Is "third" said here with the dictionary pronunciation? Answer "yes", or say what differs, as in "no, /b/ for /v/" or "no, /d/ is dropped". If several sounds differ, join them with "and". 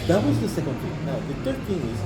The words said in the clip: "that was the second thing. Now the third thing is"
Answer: no, /t/ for /θ/